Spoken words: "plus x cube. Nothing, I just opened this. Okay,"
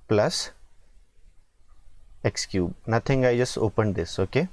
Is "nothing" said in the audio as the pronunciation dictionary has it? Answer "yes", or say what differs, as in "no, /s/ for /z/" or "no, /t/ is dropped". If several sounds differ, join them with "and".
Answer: no, /t/ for /θ/